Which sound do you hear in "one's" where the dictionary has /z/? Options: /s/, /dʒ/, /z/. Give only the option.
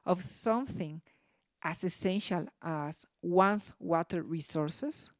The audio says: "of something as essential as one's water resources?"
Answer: /s/